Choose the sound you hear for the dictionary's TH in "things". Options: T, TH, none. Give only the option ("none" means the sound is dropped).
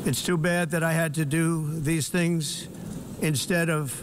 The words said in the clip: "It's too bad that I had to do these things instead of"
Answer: TH